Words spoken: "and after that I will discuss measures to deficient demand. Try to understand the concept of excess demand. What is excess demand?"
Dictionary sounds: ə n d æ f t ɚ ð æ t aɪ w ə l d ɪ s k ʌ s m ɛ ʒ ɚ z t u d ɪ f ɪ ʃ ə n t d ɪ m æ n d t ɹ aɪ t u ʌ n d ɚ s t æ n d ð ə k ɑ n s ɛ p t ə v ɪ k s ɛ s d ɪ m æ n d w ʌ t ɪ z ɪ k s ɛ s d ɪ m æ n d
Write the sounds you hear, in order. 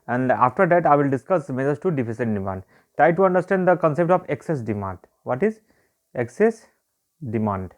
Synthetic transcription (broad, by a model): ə n d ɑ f t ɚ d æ t aɪ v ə l d ɪ s k ʌ s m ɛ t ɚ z t u d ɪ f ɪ s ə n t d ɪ m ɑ n d t ɹ aɪ t u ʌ n d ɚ s t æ n d ə k ɑ n s ɛ p t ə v ɪ k s ɛ s d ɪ m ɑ n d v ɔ t ɪ z ɪ k s ɛ s d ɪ m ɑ n d